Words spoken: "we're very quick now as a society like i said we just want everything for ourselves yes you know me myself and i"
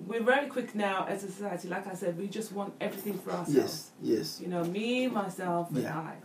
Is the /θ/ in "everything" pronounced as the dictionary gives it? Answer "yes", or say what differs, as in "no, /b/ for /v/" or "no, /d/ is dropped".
yes